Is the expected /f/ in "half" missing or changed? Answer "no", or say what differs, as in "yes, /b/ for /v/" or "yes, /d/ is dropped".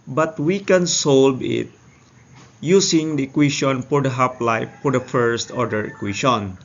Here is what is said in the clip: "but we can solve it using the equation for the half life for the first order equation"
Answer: yes, /p/ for /f/